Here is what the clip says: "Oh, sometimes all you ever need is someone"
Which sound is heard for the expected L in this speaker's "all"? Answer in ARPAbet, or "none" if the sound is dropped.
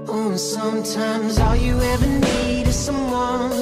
L